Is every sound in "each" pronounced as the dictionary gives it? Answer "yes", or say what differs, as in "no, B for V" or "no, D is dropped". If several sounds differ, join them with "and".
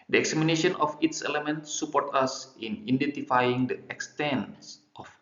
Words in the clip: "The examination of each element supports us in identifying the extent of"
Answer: no, S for CH